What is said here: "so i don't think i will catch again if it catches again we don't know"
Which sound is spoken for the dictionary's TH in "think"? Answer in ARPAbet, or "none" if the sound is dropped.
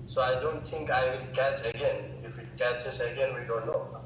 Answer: T